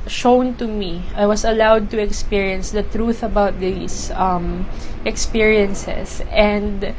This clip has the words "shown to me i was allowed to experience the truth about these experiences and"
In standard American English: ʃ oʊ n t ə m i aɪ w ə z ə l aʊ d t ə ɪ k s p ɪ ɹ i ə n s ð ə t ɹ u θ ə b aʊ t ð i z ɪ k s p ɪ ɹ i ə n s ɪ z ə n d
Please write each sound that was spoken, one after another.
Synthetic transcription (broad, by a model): ʃ oʊ n t ə m i aɪ w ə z ə l aʊ d t ə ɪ k s p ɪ ɹ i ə n s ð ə t ɹ u θ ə b aʊ t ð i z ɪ k s p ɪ ɹ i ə n s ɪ s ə n d